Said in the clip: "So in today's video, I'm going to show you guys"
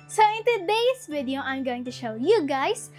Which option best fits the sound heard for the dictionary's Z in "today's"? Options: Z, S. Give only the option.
S